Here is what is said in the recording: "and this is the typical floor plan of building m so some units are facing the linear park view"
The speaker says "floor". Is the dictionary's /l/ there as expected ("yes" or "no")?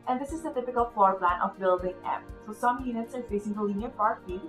no